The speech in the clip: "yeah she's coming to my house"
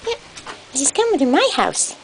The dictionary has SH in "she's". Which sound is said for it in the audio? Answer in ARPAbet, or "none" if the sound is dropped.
S